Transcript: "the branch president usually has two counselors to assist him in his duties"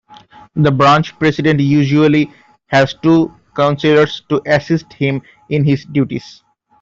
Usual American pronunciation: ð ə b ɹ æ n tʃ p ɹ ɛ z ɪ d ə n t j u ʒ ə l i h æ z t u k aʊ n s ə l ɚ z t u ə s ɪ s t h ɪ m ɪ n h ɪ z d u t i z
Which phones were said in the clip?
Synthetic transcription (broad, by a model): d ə b ɹ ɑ n tʃ p ɹ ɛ s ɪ d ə n t j u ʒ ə l i h æ z t u k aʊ n s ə l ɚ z t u ə s ɪ s t h ɪ m ɪ n h ɪ z d u t i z